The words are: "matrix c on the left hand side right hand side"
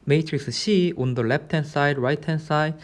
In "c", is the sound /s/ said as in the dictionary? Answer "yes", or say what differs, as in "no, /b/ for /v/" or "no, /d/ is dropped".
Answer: no, /ʃ/ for /s/